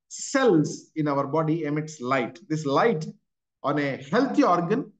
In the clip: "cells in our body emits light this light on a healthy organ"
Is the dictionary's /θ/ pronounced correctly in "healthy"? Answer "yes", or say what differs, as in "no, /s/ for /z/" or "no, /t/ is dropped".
no, /t/ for /θ/